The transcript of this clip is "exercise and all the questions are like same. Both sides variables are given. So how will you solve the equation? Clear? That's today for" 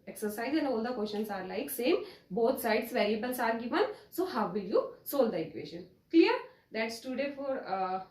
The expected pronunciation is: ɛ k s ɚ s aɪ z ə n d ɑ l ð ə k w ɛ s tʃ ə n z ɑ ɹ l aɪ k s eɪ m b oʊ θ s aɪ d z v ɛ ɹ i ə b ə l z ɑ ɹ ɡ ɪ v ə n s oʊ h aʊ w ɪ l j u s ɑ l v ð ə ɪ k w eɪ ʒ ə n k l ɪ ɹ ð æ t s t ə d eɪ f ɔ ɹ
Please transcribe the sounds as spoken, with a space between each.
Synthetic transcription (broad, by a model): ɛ k s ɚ s aɪ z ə n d ɑ l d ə k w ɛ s ʃ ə n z ɑ ɹ l aɪ k s eɪ m b oʊ t s aɪ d s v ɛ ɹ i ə b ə l s ɑ ɹ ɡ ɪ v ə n s oʊ h aʊ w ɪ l j u s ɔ l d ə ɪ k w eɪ ʃ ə n k l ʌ ɹ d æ t s t ə d eɪ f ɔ ɹ